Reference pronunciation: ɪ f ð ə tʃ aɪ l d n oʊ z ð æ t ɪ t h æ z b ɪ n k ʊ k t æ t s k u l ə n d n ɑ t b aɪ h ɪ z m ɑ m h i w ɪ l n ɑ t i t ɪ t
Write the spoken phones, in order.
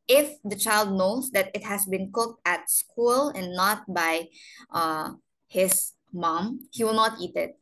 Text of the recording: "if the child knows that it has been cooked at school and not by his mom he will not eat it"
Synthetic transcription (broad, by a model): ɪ f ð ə tʃ aɪ l d n oʊ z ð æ t ɪ t h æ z b ɪ n k ʊ k t æ t s k u l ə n n ɑ t b aɪ h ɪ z m ɑ m h i w ɪ l n ɑ t i t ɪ t